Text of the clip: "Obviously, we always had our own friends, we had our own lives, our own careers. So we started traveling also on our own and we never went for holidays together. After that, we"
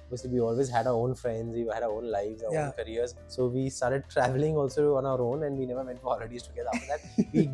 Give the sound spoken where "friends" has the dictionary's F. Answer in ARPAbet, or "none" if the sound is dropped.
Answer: F